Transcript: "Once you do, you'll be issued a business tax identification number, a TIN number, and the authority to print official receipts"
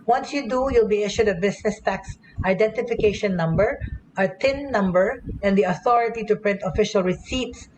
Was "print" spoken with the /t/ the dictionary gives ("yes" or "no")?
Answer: yes